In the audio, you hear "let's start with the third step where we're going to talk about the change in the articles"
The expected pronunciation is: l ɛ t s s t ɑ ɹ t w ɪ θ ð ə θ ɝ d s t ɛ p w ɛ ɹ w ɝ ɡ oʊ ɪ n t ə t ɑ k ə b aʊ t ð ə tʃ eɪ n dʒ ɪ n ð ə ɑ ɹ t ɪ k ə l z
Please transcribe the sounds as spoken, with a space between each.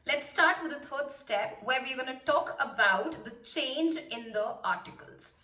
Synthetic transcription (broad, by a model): l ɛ t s s t ɑ ɹ t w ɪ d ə t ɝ d s t ɛ p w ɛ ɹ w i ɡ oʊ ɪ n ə t ɑ k ə b aʊ t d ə tʃ eɪ n dʒ ɪ n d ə ɑ ɹ t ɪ k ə l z